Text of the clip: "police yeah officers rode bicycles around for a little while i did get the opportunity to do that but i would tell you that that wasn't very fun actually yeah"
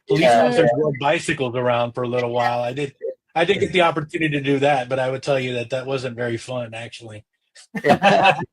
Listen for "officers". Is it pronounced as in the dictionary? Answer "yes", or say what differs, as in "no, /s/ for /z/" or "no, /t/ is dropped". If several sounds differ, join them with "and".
no, /f/ is dropped